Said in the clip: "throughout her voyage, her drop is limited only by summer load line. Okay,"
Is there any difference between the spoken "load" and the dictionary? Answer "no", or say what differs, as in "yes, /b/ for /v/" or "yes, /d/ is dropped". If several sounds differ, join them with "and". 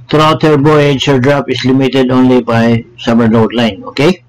yes, /n/ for /l/